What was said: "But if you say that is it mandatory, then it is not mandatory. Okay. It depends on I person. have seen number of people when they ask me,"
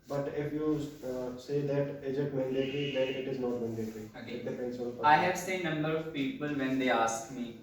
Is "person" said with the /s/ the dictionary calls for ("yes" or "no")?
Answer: no